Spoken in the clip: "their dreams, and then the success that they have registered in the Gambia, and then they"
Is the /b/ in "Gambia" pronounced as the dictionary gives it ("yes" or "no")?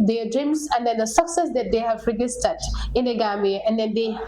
no